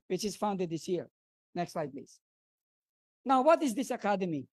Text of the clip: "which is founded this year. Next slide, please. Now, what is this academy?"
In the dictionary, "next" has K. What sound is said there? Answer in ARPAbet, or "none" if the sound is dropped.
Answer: K